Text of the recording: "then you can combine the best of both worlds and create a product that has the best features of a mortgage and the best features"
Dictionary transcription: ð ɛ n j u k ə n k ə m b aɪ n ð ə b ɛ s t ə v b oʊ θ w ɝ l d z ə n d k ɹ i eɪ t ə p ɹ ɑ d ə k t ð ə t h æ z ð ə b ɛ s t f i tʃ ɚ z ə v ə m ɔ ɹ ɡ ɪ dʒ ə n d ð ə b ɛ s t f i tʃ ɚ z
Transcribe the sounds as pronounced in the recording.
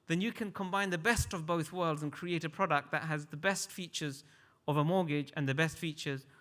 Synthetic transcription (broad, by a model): ð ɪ n j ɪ k ə n k ə m b aɪ n ð ə b ɛ s t ə v b oʊ θ w ɝ l d z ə n k ɹ i eɪ t ə p ɹ ɑ d ə k t ð ə t h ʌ z ð ə b ɛ s t f i tʃ ɚ z ə v ə m ɔ ɹ ɡ ɪ dʒ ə n ð ə b ɛ s t f i tʃ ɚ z